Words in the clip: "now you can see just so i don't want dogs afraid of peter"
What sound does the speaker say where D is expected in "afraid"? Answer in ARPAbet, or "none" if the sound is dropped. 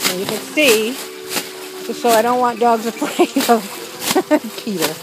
none